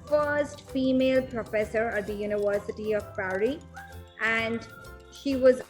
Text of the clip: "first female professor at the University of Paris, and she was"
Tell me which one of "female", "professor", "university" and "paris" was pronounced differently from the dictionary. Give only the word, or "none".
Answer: paris